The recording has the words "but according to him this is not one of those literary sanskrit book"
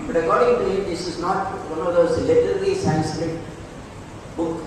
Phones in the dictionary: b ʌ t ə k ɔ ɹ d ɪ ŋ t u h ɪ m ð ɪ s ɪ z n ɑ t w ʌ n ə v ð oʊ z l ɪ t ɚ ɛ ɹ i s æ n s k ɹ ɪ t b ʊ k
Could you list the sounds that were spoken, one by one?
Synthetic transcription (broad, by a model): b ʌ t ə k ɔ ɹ d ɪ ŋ t u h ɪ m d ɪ s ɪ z n ɑ t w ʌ n ə v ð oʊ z l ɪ t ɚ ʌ l i s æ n s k ɹ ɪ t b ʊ k